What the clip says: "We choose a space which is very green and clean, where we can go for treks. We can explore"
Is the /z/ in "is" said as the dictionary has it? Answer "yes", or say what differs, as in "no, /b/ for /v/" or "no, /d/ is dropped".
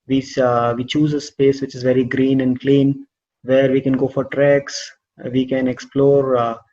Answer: yes